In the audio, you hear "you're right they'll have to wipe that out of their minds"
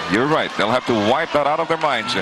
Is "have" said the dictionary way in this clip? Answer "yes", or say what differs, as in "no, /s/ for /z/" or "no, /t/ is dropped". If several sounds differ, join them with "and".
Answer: no, /f/ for /v/